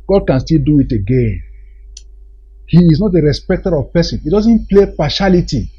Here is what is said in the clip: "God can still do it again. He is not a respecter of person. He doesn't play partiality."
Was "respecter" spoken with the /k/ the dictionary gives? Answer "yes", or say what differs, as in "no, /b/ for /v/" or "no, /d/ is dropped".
yes